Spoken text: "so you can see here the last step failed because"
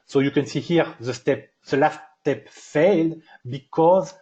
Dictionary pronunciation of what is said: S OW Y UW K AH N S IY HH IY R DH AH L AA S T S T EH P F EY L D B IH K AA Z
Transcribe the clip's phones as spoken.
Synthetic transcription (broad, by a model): S OW Y UW K AH N S IY HH IY R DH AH L AA S T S T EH P F EY L D B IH K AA Z